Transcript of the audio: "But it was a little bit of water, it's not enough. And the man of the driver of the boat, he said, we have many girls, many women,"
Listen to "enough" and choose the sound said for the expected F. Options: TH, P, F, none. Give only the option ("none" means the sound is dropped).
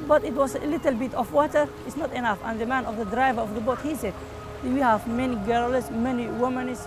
F